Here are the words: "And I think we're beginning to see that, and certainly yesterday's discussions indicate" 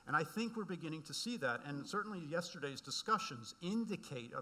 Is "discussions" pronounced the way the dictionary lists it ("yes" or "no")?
yes